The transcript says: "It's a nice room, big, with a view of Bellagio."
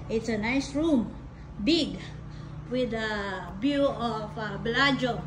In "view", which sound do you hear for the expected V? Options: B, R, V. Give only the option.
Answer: B